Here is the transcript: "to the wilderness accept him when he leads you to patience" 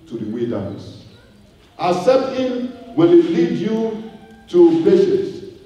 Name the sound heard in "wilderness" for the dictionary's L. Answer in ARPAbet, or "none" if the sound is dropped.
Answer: none